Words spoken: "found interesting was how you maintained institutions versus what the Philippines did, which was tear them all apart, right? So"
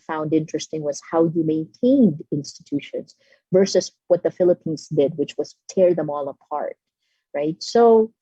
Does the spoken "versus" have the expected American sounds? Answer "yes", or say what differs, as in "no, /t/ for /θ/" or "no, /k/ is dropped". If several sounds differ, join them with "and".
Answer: yes